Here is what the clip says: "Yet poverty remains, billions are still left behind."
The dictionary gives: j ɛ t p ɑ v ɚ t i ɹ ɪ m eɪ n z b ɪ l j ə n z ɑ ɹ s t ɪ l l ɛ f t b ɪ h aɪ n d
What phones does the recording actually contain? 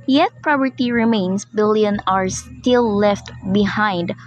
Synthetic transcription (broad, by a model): j ɛ t p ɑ p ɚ t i ɹ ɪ m eɪ n s b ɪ l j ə n ɑ ɹ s t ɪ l l ɛ f t b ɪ h aɪ n d